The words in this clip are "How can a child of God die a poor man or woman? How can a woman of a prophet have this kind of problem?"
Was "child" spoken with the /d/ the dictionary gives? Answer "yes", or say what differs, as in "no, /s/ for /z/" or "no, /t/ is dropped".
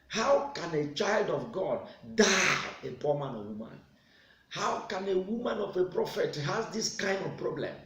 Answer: yes